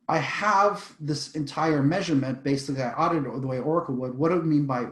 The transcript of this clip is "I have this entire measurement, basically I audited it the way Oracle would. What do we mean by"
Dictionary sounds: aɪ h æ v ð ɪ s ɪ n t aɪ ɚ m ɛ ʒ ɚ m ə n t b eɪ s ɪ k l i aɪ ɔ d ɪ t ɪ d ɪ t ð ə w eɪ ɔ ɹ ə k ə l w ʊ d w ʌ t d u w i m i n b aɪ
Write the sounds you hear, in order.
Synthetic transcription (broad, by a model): aɪ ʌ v ð ɪ s ɪ n t aɪ ɚ m ɛ ʒ ɚ m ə n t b eɪ ɪ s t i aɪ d t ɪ d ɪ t ð ə w eɪ ɔ ɹ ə k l w ʊ d w ʌ t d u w m i n b aɪ